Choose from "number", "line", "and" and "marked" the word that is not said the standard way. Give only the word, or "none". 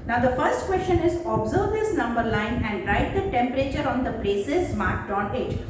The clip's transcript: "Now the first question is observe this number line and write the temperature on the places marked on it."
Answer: none